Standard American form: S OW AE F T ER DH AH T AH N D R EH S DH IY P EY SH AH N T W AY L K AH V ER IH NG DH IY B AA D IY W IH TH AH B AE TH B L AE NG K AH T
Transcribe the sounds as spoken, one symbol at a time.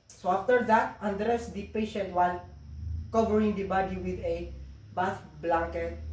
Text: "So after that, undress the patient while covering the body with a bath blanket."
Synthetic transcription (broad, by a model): S OW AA F T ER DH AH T AH N D R EH S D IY P EY SH AH N T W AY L K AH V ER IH NG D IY B AA D IY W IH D AH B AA F B L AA NG K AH T